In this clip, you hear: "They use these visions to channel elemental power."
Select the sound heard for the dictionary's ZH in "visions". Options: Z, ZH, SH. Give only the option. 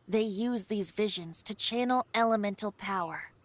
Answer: ZH